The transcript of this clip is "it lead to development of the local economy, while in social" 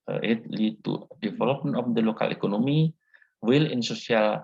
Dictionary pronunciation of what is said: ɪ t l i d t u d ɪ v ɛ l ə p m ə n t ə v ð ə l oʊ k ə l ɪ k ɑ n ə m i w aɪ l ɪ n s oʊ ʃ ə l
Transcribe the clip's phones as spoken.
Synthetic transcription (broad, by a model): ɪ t l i t u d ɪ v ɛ l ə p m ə n ə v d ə l oʊ k ə l ɪ k ɑ n ə m i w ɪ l ɪ n s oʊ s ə l